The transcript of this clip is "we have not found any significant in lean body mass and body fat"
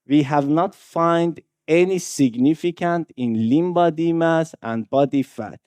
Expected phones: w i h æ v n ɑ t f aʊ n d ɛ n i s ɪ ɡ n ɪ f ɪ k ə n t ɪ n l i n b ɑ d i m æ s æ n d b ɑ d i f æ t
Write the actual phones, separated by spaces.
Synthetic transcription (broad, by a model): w i h æ v n ɑ t f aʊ n d ɛ n i s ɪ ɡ n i f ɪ k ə n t ɪ n l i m b ɑ d i m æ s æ n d b ɑ d i f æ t